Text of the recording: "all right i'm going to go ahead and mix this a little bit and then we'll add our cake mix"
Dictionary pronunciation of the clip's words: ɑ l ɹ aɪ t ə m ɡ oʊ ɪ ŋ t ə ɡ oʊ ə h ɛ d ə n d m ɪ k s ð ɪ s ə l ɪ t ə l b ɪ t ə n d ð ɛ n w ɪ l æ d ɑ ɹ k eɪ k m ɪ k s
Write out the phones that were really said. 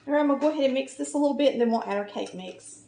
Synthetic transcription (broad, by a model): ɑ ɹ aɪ ə m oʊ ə ɡ oʊ ə h ɛ d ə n m ɪ k s ð ɪ s ə l ɪ t l b ɪ t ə n ð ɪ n w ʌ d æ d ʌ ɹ k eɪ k m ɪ k s